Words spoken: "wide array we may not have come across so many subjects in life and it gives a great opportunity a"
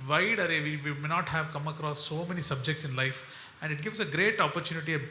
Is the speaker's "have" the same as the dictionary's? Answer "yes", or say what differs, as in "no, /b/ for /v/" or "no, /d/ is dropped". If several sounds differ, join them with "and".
yes